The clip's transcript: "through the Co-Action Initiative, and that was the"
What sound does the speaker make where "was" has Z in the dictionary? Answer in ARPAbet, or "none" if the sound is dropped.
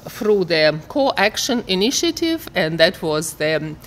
Z